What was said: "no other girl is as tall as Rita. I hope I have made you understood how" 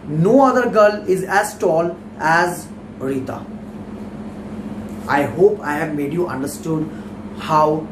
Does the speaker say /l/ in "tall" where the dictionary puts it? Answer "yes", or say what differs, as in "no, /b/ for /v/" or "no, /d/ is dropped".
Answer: yes